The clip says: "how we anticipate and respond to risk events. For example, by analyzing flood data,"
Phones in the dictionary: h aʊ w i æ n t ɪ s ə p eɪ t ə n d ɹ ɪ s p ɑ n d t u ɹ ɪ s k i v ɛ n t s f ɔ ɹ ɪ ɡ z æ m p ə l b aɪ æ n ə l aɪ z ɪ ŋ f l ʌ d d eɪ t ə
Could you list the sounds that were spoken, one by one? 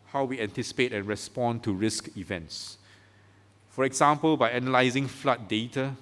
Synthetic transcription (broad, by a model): h aʊ w i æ n t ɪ s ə p eɪ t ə n ɹ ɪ s p ɑ n t u ɹ ɪ s k i v ɛ n t s f ɔ ɹ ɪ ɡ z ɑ m p ə l b aɪ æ n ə l aɪ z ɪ ŋ f l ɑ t d eɪ t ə